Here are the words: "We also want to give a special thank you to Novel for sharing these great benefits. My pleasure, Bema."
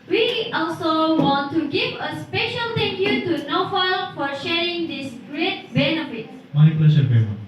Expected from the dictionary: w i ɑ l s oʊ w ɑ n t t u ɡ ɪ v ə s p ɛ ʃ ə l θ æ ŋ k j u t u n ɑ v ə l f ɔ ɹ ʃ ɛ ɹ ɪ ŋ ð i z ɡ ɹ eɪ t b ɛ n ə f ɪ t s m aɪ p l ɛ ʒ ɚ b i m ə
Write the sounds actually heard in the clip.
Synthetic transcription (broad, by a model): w i ɑ l s oʊ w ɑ n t t u ɡ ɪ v ə s p ɛ ʃ ə l t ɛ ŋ k j u t u n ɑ f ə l f ɔ ɹ ʃ ɛ ɹ ɪ ŋ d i s ɡ ɹ eɪ t b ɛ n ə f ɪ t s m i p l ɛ ʃ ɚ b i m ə